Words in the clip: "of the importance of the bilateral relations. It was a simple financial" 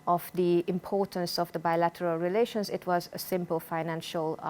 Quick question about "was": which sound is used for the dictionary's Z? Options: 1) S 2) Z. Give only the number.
2